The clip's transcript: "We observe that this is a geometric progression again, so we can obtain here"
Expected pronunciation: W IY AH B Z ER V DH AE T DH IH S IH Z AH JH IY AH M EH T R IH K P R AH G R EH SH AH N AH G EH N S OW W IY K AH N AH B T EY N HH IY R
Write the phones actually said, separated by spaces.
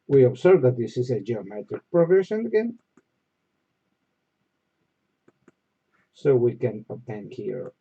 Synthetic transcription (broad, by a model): W IY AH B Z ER V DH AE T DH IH S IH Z AH JH IY AH M EH T R IH K P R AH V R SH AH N AH G EH N S OW W IY K AH N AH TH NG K HH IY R